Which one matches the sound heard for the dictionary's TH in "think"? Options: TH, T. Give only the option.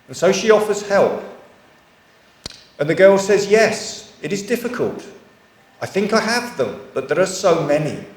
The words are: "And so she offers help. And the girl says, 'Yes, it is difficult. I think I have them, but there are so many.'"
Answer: TH